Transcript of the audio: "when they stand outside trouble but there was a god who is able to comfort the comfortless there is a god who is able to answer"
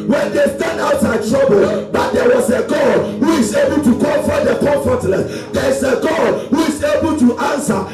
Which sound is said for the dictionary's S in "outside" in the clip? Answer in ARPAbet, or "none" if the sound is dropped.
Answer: none